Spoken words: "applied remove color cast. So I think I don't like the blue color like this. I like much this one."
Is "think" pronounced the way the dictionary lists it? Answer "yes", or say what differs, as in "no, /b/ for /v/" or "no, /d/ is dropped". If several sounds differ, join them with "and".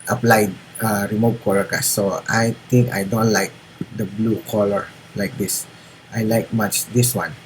no, /t/ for /θ/